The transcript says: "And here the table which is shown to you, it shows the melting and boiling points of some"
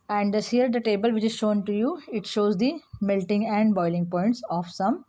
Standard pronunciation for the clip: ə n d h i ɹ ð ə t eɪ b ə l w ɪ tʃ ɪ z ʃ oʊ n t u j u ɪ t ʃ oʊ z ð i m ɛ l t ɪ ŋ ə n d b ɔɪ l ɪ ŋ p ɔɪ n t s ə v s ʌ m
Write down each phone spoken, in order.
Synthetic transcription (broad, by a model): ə n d h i ɹ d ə t eɪ b ə l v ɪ tʃ ɪ z ʃ oʊ n t u j u ɪ t ʃ oʊ z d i m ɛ l t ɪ ŋ ə n d b ɔɪ l ɪ ŋ p ɔɪ n t s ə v s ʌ m